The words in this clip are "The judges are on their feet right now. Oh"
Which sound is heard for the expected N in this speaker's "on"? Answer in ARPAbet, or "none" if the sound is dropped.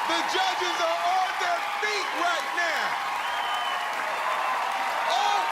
L